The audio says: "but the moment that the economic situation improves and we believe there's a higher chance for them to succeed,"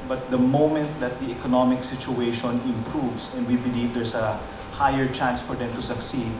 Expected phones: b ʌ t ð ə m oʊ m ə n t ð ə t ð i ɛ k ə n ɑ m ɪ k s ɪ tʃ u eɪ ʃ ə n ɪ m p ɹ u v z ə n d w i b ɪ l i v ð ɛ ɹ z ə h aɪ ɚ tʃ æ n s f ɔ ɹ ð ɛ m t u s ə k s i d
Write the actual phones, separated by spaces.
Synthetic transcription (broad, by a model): b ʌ t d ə m oʊ m ə n t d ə t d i ɛ k ə n ɑ m ɪ k s ɪ tʃ u eɪ ʃ ə n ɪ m p ɹ u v s ə n d w i b ɪ l i v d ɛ ɹ s ə h aɪ ɚ tʃ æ n s f ɔ ɹ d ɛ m t u s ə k s i d